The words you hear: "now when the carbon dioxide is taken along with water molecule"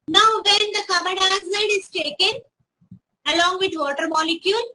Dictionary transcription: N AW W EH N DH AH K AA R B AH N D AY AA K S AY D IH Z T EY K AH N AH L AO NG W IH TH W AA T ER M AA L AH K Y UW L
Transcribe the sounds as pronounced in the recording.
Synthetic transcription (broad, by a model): N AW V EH N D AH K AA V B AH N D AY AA S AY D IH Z T EY K AH N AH L AO NG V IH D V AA T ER M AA L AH K Y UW L